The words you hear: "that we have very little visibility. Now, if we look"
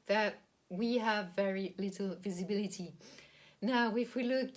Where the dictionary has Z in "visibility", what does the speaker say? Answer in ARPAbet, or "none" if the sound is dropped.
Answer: Z